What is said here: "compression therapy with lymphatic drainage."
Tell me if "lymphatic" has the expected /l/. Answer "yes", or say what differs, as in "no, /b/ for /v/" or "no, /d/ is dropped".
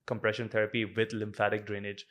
yes